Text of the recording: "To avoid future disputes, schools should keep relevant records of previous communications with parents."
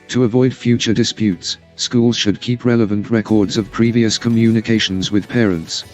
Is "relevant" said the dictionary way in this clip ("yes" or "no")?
yes